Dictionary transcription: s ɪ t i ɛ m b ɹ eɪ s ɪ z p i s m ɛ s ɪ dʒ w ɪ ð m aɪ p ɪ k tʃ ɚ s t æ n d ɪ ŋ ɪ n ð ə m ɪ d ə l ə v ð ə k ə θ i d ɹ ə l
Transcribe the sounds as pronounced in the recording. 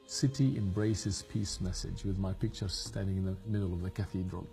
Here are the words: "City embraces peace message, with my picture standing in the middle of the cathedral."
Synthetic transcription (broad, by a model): s ɪ t i ɛ m b ɹ eɪ s ɪ z p i s m ɛ s ɪ dʒ w ɪ ð m aɪ p ɪ k tʃ ɚ s t æ n d ɪ ŋ ɪ n ð ə m ɪ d l ə v ð ə k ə θ i d ɹ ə l